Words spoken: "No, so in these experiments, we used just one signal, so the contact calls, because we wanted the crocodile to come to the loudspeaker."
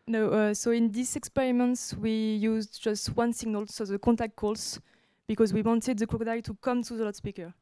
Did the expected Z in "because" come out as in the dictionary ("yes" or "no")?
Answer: yes